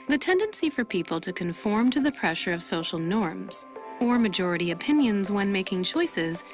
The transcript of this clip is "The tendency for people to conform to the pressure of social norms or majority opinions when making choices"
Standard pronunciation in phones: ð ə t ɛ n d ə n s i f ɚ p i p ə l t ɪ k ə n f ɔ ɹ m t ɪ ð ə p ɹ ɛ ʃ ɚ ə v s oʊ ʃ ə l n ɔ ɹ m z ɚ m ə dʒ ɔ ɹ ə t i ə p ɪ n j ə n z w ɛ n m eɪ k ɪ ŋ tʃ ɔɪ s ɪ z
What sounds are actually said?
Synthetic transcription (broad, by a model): ð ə t ɛ n d ə n s i f ɚ p i p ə l t ɪ k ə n f ɔ ɹ m t ɪ ð ə p ɹ ɛ ʃ ɚ ə v s oʊ ʃ l n ɔ ɹ m z ɚ m ə dʒ ɔ ɹ ə t i ə p ɪ n j ə n z w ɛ n m eɪ k ɪ ŋ tʃ ɔɪ s ɪ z